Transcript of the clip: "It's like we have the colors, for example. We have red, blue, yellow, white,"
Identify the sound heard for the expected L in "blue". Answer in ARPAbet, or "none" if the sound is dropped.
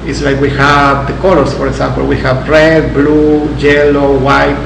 L